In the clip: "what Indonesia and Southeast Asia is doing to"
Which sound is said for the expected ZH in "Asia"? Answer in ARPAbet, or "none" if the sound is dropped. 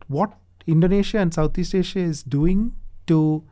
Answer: SH